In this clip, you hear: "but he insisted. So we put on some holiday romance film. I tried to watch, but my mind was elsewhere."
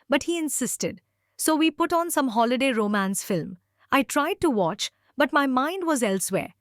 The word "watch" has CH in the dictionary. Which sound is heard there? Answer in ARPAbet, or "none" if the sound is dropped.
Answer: CH